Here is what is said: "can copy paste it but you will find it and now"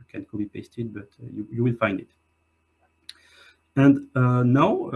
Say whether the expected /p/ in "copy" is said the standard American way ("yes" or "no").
no